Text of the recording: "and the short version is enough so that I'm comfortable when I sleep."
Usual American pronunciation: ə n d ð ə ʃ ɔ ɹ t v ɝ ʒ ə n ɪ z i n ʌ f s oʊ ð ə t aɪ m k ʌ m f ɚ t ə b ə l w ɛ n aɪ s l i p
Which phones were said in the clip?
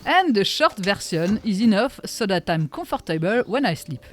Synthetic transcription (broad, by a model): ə n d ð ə ʃ ɔ ɹ t v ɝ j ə n ɪ z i n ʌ f s oʊ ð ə t aɪ m k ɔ f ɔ t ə b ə l w ɛ n aɪ s l i p